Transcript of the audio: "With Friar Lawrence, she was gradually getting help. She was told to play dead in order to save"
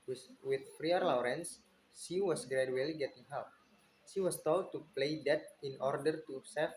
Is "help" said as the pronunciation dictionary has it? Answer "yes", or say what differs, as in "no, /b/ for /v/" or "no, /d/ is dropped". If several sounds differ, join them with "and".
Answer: no, /l/ is dropped